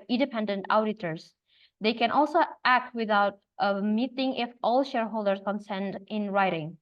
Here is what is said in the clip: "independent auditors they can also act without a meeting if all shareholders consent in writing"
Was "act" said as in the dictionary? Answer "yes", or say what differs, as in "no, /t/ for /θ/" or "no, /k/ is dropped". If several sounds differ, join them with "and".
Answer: yes